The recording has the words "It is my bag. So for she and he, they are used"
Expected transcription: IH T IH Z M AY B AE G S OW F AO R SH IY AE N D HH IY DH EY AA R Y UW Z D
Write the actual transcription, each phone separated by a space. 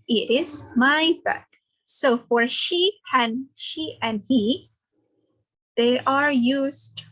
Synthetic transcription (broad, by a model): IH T IH Z M AY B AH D S OW F AO R SH IY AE N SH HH IY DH EY AA R Y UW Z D